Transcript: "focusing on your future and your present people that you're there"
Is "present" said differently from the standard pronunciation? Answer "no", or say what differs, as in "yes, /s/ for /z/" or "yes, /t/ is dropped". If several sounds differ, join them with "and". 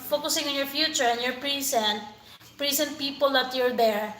yes, /s/ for /z/